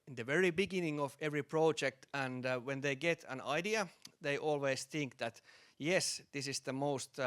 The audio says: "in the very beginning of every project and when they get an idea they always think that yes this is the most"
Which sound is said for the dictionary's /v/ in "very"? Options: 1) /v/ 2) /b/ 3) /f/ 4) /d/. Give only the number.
1